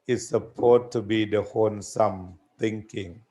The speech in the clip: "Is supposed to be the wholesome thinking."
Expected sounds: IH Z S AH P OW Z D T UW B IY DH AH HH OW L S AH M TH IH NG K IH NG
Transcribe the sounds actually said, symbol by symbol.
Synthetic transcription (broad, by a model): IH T S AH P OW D T UW B IY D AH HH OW N S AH M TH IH NG K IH NG